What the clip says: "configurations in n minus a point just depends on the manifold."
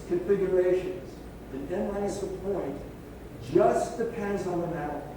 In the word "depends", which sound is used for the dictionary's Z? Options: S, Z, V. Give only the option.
Z